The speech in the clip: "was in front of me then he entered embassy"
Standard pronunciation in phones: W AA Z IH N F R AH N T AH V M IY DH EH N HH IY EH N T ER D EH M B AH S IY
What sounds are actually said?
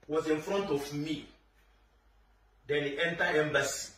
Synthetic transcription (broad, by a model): W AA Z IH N F R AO N T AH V M IY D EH N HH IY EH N T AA EH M B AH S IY